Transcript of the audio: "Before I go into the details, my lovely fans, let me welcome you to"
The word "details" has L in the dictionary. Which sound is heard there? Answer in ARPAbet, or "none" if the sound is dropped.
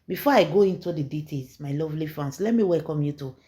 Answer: none